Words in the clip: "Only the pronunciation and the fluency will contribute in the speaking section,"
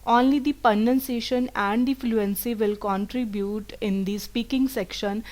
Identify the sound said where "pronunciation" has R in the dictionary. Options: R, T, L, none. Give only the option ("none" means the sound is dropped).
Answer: none